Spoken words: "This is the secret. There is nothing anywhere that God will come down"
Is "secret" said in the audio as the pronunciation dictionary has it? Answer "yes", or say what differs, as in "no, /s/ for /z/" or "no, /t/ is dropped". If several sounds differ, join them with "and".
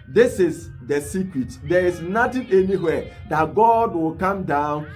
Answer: no, /w/ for /ɹ/